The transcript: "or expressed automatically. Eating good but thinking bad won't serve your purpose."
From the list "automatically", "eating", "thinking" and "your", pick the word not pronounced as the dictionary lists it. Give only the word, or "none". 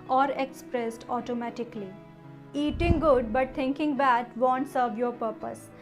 thinking